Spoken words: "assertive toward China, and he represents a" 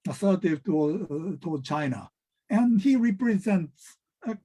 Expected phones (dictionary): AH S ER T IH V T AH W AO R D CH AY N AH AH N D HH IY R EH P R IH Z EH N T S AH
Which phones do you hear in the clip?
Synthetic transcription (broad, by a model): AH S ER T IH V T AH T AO L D CH AY N AH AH N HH IY R EH P R IH Z EH N T S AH